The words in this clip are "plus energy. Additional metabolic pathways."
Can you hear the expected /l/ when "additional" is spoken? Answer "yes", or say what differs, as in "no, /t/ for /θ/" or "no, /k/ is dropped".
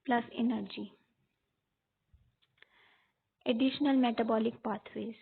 yes